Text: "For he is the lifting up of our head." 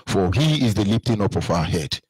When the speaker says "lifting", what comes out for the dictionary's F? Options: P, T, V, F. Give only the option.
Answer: P